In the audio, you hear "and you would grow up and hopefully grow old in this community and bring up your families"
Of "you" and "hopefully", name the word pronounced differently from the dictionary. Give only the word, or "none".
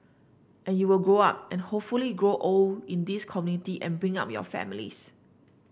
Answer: none